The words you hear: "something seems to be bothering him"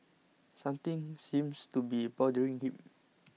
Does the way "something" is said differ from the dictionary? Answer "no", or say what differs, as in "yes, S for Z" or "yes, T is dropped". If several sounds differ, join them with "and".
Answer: yes, T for TH